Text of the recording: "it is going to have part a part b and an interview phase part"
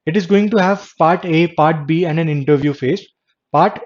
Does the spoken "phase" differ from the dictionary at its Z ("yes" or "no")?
yes